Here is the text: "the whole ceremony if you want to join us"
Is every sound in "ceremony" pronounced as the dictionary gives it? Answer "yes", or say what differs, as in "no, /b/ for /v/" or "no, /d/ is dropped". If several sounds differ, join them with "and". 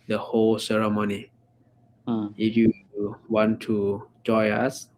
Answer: yes